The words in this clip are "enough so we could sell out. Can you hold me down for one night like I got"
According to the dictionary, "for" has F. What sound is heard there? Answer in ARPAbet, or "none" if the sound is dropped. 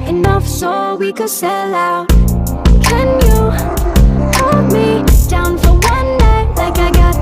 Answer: F